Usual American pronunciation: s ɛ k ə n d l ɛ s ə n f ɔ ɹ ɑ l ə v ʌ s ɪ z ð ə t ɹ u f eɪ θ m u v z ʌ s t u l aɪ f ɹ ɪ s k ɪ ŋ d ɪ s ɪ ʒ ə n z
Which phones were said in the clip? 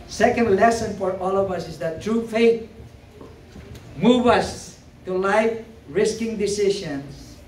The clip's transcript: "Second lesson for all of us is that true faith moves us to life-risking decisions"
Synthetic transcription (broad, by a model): s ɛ k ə n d l ɛ s ə n f ɔ ɹ ɑ l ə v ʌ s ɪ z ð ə t ɹ u f eɪ t m u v ʌ s t u l aɪ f ɹ ɪ s k ɪ ŋ d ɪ s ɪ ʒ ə n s